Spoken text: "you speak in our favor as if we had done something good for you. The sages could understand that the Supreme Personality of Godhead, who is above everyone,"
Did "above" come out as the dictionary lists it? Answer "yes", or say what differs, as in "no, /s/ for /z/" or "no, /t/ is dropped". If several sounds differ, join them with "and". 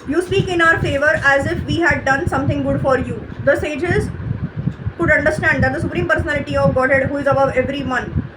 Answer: yes